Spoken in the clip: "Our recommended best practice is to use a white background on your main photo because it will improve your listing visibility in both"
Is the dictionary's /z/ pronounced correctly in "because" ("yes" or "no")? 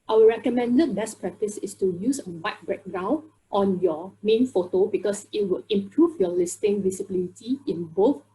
no